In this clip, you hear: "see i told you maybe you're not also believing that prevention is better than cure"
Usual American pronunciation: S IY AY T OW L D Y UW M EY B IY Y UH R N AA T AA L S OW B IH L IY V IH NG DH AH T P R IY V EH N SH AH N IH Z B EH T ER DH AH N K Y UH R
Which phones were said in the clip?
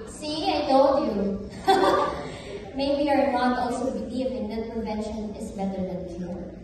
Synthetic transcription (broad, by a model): S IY AY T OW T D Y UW M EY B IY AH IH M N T AA L S OW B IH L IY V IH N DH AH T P IY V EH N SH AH N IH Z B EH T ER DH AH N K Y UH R